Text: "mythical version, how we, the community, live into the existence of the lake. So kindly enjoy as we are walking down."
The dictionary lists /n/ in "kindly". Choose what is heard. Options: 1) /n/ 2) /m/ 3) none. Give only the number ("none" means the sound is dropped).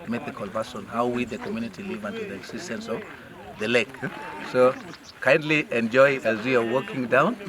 1